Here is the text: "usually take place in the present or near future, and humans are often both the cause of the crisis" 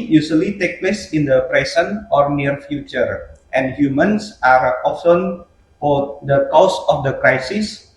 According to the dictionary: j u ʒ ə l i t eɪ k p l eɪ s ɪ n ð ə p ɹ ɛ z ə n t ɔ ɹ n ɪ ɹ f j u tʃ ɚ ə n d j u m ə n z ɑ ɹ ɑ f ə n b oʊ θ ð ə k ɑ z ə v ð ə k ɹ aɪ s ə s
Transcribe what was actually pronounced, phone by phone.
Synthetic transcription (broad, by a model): j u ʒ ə l i t eɪ k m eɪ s ɪ n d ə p ɹ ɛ s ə n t ɔ ɹ n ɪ ɹ f j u tʃ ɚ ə n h j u m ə n s ɑ ɹ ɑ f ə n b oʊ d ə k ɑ s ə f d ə k ɹ aɪ s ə s